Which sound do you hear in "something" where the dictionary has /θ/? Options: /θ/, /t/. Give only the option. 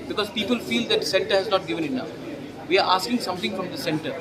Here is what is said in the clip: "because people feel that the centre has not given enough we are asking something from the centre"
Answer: /t/